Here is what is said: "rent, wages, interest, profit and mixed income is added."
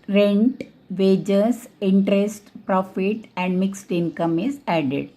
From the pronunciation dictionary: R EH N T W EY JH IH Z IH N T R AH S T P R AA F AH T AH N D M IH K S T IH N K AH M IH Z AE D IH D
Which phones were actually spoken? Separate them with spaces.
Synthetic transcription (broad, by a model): R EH N T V EY JH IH S IH N T R AH S T P R AA F AH T AH N D M IH K S T IH N K AH M IH Z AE D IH D